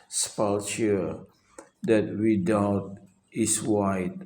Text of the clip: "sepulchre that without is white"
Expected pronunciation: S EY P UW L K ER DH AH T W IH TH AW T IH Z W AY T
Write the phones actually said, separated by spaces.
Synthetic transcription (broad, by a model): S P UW L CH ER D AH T W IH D AW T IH S W AY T